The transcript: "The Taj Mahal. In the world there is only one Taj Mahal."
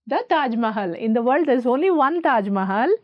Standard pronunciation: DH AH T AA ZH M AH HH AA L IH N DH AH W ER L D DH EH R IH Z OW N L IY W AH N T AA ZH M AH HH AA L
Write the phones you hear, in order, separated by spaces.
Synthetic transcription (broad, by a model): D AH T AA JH M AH HH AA L IH N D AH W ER L D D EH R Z OW N L IY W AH N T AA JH M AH HH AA L